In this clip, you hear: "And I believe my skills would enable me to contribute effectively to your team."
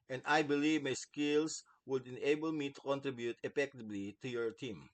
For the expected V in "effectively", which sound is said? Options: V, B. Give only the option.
B